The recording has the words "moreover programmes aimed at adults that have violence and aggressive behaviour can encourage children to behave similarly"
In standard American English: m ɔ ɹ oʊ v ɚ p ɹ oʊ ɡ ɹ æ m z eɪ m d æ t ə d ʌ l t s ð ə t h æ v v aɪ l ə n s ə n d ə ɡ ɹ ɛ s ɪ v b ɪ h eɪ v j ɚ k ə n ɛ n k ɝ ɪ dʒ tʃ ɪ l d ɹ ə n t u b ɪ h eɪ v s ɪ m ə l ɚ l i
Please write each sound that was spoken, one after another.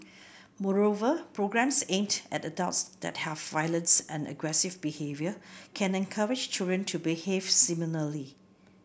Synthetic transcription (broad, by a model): m ɔ ɹ oʊ v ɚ p ɹ oʊ ɡ ɹ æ m s eɪ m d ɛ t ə d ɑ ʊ t s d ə t h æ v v aɪ l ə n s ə n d ə ɡ ɹ ɛ s ɪ v b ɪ h eɪ v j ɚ k ə n ɛ n k ɝ ɪ dʒ tʃ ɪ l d ɹ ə n t u b ɪ h eɪ v s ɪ m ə l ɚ l i